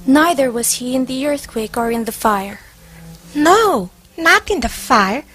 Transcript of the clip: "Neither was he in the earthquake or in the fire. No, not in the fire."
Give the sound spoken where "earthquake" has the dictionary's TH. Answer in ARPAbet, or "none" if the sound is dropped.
TH